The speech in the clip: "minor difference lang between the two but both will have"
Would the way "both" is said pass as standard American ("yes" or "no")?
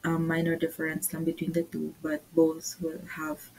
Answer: no